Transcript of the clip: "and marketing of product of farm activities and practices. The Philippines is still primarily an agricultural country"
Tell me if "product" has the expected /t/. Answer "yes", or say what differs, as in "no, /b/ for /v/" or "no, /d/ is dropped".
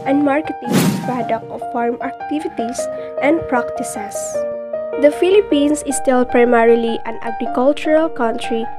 no, /t/ is dropped